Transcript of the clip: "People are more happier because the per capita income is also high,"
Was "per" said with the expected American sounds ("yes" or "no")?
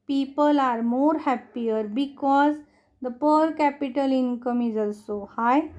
yes